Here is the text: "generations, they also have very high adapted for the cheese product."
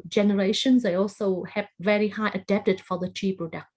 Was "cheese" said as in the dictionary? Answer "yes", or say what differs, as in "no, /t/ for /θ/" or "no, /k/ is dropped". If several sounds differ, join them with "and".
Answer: no, /z/ is dropped